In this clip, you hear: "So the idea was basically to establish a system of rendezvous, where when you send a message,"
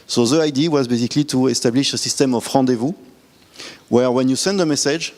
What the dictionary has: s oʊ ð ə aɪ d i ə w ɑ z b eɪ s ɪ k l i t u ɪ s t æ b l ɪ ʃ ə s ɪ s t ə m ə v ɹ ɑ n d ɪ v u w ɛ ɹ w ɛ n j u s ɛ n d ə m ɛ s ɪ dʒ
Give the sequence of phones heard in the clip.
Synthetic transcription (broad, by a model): s oʊ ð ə aɪ d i w ɑ z b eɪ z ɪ k l i t u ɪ s t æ b l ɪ ʃ ə s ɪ s t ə m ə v ɹ ɑ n d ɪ v u w ɛ ɹ w ɛ n j u s ɛ n d ə m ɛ s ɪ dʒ